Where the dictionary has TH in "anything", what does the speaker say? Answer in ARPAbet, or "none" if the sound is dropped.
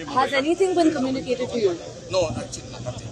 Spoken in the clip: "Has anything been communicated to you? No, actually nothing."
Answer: S